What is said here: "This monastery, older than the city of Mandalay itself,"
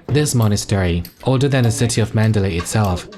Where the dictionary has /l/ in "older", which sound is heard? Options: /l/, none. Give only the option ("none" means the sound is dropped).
none